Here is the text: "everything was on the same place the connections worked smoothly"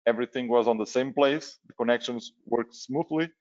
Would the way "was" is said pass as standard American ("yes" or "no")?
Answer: yes